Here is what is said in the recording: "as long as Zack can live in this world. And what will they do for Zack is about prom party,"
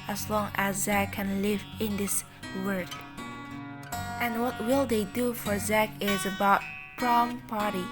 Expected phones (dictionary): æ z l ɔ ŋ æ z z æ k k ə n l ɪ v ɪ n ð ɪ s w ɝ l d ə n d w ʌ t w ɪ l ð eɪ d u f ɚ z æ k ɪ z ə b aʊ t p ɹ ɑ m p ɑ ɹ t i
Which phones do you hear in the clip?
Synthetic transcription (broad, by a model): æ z l ɔ ŋ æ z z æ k k ə n l ɪ v ɪ n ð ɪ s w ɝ d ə n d w ʌ t w ɪ l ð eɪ d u f ɚ z æ k ɪ z ə b aʊ t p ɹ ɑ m p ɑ ɹ t i